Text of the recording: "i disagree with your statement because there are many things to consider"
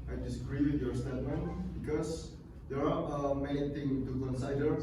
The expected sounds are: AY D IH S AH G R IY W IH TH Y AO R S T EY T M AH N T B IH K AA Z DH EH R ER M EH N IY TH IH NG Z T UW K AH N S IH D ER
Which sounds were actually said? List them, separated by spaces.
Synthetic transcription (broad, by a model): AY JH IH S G R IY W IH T Y AO R S T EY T M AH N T B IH K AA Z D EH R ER M EH N IY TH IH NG T UW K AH N S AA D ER